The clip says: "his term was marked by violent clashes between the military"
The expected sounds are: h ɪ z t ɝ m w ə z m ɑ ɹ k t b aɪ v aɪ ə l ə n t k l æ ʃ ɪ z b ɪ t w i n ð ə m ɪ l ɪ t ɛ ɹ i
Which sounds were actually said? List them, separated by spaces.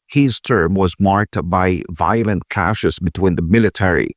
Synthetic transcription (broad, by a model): h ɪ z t ɝ m w ə z m ɑ ɹ k t b aɪ v aɪ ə l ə n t k æ ʃ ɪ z b ɪ t w i n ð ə m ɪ l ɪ t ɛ ɹ i